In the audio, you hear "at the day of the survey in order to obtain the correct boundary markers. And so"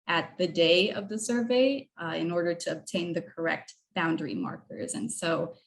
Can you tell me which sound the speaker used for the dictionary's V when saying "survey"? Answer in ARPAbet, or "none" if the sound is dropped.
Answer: V